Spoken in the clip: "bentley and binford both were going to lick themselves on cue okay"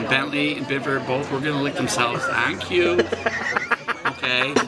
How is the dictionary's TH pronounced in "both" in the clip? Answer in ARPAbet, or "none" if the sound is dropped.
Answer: TH